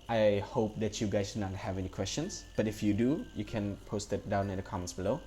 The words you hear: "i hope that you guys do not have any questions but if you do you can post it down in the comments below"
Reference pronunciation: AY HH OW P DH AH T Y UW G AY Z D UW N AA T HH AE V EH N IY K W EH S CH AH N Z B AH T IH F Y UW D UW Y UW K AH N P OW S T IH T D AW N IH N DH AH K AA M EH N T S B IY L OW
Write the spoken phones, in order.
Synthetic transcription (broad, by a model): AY HH OW P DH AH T Y UW G AY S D N AA T HH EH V EH N IY K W EH S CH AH N S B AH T IH F Y UW D UW Y UW K AH N P OW S T IH T D AW N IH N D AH K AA M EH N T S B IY L OW